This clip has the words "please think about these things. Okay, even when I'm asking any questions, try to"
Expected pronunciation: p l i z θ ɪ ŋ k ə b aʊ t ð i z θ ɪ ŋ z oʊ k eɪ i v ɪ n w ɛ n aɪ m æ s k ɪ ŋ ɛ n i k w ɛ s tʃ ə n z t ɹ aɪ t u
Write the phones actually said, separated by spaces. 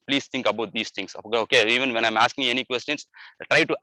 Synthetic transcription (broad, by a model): p l i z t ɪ ŋ k ə b aʊ t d i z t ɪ ŋ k oʊ k eɪ i v ɪ n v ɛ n aɪ m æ s k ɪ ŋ ɛ n i k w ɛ s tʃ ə n s t ɹ aɪ t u